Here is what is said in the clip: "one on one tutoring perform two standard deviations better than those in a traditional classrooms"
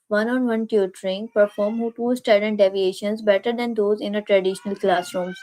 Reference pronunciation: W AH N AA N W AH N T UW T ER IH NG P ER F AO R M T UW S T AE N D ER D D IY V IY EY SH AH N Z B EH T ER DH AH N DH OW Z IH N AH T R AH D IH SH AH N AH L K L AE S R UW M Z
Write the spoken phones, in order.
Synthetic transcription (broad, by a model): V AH N AA N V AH N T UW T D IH NG P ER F AO R M T UW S T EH D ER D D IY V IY EY SH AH N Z B EH T ER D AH N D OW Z IH N AH T R AH D IH SH AH N AH L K L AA S R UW M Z